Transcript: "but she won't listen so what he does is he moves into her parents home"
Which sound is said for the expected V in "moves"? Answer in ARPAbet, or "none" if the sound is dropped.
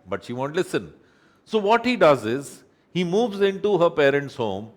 V